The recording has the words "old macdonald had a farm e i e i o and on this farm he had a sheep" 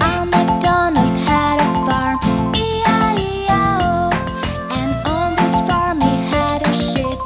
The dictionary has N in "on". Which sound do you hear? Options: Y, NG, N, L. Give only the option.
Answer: L